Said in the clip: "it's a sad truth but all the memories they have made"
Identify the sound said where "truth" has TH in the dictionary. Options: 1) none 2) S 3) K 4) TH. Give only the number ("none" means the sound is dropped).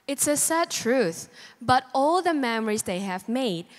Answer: 4